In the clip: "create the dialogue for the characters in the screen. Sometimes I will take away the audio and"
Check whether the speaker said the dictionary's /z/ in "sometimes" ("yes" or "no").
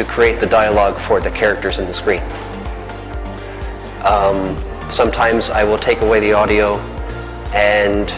yes